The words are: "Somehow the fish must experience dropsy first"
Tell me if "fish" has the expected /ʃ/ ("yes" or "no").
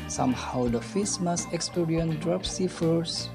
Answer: no